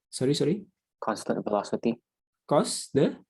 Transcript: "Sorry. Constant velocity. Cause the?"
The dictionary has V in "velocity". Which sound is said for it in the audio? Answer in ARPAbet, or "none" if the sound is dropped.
F